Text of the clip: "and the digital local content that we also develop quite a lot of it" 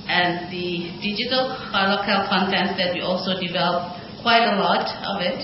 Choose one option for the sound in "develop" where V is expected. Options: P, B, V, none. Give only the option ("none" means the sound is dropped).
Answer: V